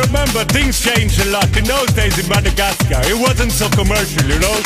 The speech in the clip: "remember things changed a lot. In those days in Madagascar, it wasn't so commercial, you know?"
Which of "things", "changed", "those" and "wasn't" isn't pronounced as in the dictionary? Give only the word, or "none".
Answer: none